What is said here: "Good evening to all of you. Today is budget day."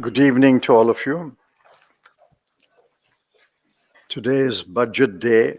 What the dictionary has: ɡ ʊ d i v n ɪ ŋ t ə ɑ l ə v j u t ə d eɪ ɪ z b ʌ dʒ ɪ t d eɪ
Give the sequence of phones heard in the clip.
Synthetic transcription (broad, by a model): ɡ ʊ d i v n ɪ ŋ t ə ɑ l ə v j u t ə d eɪ ɪ z b ʌ dʒ ɪ t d eɪ